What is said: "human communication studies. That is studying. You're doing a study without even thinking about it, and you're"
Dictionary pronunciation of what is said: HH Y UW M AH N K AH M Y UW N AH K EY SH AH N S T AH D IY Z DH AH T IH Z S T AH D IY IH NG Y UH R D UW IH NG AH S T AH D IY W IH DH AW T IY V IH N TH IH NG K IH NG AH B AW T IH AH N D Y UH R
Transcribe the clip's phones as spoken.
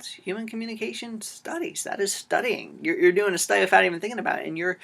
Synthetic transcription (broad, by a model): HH Y UW M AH N K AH M Y UW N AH K EY SH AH N S T AH D IY Z DH AH T IH Z S T AH D IY IH NG Y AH R D UW IH NG AH S T AH D IY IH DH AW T IY V IH N TH IH NG K IH NG AH B AW T IH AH N Y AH R